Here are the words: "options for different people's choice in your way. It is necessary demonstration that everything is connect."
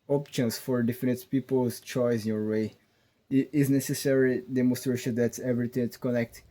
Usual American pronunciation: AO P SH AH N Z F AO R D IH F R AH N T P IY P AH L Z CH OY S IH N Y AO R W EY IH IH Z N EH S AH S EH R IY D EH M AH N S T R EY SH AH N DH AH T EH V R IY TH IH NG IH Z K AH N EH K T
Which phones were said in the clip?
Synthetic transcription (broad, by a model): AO P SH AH N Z F AO R D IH F AH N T P IY P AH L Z CH OY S IH N Y AO R W EY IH IH Z N EH S AH S EH R IY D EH M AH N S T R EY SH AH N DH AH T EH V R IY T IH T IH K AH N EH K T